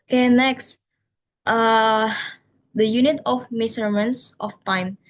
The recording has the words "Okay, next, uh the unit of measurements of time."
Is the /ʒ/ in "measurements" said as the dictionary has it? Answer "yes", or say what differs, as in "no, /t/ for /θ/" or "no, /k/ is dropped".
no, /s/ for /ʒ/